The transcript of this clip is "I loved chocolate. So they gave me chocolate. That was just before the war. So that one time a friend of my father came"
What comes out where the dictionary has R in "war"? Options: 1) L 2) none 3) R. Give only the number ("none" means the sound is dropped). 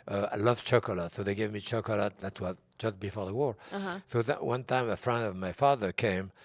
3